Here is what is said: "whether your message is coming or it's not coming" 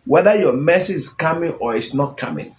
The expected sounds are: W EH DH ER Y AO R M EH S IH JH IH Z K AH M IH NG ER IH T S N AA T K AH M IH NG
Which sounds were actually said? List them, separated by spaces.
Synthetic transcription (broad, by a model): W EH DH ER Y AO M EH S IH IH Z K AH M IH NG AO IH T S N AA T K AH M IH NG